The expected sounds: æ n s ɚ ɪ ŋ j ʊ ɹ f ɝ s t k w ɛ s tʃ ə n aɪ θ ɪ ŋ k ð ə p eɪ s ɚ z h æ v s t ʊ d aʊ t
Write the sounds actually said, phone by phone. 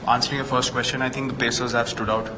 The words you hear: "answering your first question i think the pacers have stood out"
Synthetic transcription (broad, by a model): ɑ n s ɚ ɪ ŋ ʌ f ɝ s t k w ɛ s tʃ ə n aɪ t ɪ ŋ k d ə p eɪ s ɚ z h æ v s t ʊ d aʊ t